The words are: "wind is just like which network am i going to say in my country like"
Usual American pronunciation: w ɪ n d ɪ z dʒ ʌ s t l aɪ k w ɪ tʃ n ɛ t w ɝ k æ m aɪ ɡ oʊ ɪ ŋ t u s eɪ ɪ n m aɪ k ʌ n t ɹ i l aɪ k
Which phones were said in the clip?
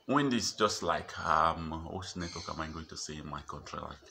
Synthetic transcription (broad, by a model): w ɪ n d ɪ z dʒ ʌ s t l aɪ k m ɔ s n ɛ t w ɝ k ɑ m aɪ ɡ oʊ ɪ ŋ t u s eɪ ɪ n m aɪ k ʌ n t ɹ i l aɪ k